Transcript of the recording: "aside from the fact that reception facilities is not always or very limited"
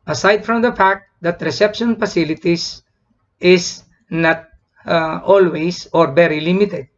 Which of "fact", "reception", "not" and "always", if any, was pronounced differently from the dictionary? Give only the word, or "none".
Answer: always